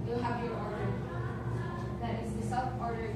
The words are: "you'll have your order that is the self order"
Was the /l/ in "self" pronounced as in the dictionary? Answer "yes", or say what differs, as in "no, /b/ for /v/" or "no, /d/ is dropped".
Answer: no, /l/ is dropped